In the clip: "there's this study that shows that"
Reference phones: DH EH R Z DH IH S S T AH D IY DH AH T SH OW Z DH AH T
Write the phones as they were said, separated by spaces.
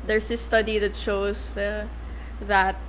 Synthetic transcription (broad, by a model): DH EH R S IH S S T AH D IY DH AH T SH OW S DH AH T